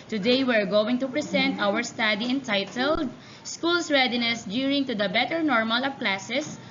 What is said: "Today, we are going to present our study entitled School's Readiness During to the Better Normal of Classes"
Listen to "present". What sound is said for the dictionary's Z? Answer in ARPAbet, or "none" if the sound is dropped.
S